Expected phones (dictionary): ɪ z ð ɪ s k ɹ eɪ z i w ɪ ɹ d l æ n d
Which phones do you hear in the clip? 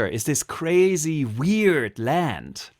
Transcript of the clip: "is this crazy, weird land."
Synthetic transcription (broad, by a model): ɪ z ð ɪ s k ɹ eɪ z i w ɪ ɹ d l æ n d